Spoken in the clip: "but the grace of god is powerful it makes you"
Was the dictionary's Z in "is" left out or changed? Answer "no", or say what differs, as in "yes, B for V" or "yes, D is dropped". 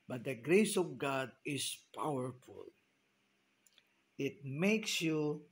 yes, S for Z